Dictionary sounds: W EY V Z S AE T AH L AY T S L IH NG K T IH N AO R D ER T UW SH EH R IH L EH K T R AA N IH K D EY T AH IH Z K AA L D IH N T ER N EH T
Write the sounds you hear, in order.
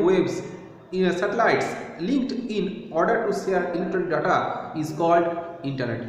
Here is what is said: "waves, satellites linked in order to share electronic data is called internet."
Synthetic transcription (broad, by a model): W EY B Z S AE T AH L AY T S L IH NG K T IH N AO R D ER T UW S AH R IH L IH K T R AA L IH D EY T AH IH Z K AA L D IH N T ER N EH T